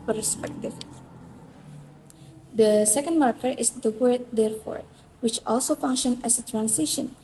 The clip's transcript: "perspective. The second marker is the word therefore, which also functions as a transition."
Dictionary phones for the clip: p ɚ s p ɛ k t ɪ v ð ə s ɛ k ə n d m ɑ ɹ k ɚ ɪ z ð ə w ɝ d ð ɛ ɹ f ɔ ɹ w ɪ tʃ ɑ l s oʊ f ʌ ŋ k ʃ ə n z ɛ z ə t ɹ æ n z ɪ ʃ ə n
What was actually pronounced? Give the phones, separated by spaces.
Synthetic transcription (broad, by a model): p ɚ s p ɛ k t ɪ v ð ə s ɛ k ə n d m ɑ ɹ k ɚ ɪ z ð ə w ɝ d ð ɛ ɹ f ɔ ɹ w ɪ tʃ ɑ l s oʊ f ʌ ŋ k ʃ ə n ɛ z ə t ɹ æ n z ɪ ʃ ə n